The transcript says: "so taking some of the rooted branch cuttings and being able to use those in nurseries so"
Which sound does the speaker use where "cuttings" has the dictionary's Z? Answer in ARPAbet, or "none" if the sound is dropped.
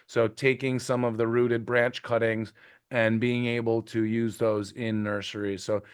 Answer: Z